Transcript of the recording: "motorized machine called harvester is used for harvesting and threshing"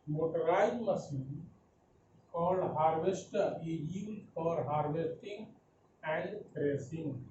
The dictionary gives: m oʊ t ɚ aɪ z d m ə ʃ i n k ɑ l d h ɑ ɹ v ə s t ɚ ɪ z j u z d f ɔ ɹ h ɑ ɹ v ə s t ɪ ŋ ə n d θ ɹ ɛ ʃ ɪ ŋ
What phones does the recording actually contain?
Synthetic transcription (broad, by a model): m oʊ t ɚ aɪ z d m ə s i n k ɑ l d h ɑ ɹ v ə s t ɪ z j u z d f ɔ ɹ h ɑ ɹ v ə s t ɪ ŋ ə n d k ɹ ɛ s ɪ ŋ